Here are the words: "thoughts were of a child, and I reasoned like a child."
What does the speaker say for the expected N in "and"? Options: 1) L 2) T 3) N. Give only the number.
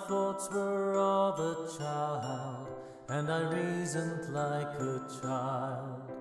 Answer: 1